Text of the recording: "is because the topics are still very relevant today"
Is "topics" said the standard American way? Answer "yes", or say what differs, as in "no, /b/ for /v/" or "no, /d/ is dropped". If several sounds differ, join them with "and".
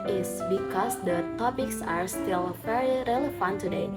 yes